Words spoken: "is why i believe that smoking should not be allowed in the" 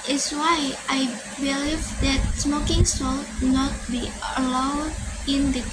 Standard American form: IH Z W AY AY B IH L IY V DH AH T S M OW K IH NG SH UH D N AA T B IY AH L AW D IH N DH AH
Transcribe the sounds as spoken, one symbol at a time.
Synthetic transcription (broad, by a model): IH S W AY AY B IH L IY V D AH T S M OW K IH NG S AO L N AA T B IY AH L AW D IH N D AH